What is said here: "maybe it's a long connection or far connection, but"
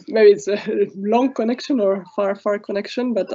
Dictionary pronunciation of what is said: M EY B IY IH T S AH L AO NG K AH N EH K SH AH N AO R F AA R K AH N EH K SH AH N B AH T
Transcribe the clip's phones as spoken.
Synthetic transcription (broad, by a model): M EY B IY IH T S AH L AO NG K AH N EH K SH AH N AO R F AA R K AH N EH K SH AH N B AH T